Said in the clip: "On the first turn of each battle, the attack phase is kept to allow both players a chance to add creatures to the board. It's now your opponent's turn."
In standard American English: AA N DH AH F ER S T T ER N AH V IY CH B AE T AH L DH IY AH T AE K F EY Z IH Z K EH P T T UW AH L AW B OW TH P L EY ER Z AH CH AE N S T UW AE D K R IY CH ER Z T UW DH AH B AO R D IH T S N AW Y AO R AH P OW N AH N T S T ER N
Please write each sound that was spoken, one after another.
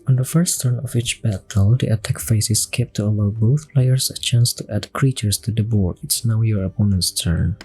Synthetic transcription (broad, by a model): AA N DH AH F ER S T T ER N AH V IY CH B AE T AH L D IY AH T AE K F EY S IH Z K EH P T T UW AH L AW B OW TH P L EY ER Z AH CH AE N S T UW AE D K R IY CH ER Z T UW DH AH B AO R D IH T S N AW Y AO R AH P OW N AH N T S T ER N